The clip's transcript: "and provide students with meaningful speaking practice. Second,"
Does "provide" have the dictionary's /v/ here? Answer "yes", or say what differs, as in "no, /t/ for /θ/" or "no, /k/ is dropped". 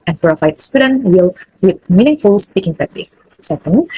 no, /f/ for /v/